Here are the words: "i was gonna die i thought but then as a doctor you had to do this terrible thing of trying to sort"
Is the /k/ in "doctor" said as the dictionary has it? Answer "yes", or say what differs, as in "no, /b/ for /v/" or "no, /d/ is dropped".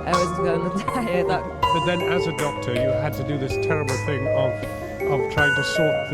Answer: yes